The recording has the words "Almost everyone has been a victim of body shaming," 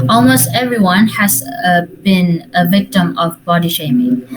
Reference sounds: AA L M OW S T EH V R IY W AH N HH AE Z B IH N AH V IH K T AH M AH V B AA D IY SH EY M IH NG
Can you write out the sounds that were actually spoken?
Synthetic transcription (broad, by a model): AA L M OW S T EH V R IY W AH N HH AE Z B IH N AH V IH K T AH M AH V B AA D IY SH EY M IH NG